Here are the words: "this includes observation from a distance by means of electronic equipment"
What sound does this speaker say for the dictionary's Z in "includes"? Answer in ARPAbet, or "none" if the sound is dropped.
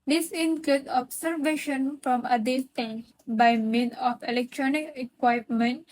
none